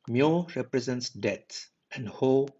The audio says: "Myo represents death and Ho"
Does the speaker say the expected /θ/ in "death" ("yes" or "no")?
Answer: no